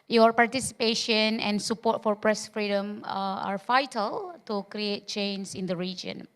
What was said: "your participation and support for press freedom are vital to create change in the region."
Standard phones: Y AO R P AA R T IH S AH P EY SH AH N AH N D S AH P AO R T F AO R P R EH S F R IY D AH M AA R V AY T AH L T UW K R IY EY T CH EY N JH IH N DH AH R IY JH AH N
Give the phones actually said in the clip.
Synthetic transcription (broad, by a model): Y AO R P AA R T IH S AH P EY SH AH N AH N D S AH P AO T F AO R P R EH S F R IY D AH M AA R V AY T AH L T UW K R IY EY T CH EY N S IH N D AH R IY JH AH N